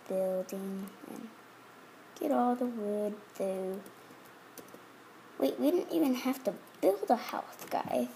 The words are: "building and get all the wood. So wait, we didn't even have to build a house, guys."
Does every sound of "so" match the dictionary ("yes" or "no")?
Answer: no